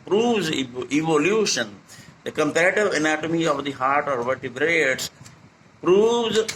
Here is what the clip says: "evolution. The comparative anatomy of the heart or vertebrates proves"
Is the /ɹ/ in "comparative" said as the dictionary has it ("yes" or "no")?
yes